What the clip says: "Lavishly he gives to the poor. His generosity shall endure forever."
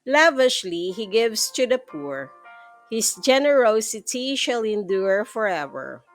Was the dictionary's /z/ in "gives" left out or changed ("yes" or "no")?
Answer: yes